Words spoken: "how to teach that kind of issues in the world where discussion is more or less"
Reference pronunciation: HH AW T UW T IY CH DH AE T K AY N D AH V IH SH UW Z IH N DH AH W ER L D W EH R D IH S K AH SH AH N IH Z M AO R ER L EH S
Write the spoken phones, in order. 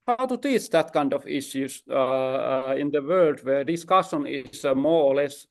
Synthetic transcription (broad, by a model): HH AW T UW T IY CH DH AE T K AY N D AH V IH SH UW S IH N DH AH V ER L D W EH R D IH S K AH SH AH N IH S M AO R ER L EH S